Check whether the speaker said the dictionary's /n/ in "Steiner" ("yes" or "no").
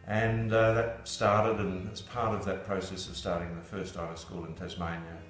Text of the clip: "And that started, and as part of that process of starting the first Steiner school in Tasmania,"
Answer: no